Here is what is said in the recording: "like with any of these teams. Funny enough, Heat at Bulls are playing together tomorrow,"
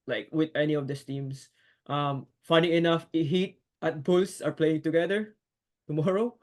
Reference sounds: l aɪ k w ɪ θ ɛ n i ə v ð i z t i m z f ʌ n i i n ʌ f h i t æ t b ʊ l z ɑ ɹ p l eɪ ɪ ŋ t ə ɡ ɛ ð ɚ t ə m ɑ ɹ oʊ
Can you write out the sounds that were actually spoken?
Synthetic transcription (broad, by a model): l aɪ k w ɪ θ ɛ n i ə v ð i s t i m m f ʌ n i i n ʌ f h i t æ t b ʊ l s ɑ ɹ p l eɪ ɪ ŋ t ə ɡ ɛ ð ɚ t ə m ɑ ɹ oʊ